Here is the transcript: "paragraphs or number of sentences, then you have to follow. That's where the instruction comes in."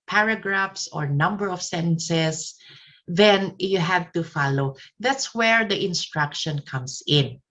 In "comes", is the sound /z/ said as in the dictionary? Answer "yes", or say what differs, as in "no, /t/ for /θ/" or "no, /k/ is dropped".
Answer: no, /s/ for /z/